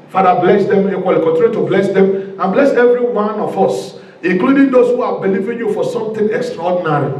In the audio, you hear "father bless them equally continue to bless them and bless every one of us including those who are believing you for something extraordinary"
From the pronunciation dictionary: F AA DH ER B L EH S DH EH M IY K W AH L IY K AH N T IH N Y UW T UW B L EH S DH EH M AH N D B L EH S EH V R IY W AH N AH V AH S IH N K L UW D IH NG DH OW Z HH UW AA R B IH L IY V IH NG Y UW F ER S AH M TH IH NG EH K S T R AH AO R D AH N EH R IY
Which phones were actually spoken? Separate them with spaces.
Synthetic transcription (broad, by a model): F AA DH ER B L EH S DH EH M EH W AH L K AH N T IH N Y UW T UW B L EH S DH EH M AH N B L EH S EH V R IY W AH N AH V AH S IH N K L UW D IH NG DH OW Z HH UW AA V B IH L IY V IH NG Y UW F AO S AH M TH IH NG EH K S T R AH AO D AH N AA R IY